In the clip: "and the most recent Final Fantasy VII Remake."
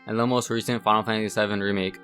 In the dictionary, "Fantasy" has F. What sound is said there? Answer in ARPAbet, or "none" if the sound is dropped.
P